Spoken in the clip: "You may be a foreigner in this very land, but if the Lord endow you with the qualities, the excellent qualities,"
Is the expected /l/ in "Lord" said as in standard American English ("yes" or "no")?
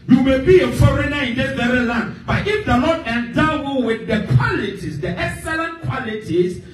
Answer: no